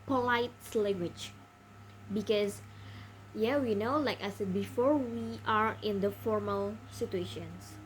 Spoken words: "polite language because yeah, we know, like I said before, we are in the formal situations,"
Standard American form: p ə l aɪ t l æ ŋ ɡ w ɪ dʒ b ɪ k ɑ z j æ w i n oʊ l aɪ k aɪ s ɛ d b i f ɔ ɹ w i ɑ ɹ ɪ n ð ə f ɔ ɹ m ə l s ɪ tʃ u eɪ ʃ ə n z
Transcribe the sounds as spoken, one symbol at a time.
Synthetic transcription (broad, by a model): p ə l aɪ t l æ ŋ ɡ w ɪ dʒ b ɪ k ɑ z j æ w i n oʊ l aɪ k aɪ s ɛ d b i f ɔ ɹ w i ɑ ɹ ɪ n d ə f ɔ ɹ m ə l s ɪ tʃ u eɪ ʃ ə n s